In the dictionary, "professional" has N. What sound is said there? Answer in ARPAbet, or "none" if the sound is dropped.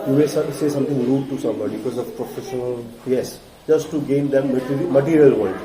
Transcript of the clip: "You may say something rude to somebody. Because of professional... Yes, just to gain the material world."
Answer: N